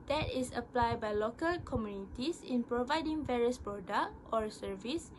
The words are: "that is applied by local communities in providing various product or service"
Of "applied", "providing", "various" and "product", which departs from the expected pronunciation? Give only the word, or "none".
product